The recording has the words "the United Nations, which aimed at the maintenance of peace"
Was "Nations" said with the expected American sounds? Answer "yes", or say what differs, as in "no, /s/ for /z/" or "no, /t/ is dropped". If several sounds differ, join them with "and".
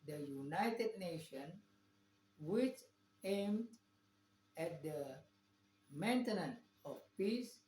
no, /z/ is dropped